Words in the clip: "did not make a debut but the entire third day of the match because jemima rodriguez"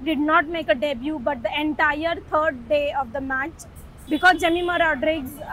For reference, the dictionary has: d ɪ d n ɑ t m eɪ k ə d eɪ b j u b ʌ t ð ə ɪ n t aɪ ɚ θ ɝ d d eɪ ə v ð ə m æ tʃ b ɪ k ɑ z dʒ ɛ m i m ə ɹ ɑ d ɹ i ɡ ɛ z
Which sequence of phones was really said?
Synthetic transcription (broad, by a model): d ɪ d n ɑ t m eɪ k ə d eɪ b j u b ʌ t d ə ɪ n t aɪ ɚ t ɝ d d eɪ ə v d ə m æ tʃ b ɪ k ɑ z dʒ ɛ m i m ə ɹ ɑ d ɹ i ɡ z